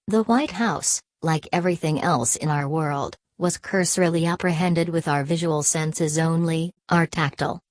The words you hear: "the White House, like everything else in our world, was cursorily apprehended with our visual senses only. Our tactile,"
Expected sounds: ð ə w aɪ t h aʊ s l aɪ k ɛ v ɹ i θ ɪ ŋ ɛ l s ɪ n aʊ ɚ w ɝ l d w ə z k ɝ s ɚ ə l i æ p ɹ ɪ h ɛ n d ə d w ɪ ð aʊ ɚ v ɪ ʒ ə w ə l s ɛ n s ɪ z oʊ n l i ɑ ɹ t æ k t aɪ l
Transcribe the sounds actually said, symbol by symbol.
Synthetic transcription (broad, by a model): ð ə w aɪ t h aʊ s l aɪ k ɛ v ɹ i θ ɪ ŋ ɛ l s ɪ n aʊ ɚ w ɝ l d w ə z k ɝ s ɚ l i æ p ɹ ɪ h ɛ n d ə d w ɪ ð aʊ ɚ v ɪ ʒ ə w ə l s ɛ n s ɪ z oʊ n l i ɑ ɹ t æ k t l